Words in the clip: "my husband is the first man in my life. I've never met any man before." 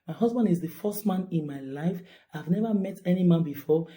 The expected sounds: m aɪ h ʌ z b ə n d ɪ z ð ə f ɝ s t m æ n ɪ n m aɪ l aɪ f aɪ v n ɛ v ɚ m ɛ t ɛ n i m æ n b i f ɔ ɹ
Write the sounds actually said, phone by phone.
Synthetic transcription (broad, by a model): m aɪ h ʌ z b ə n d ɪ z ð ə f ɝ s t m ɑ n ɪ n m aɪ l aɪ f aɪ v n ɛ v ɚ m ɛ t ɛ n i m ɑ n b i f ɔ